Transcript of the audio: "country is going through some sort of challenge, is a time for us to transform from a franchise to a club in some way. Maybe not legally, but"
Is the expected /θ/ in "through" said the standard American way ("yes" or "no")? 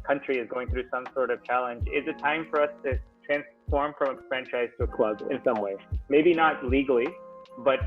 yes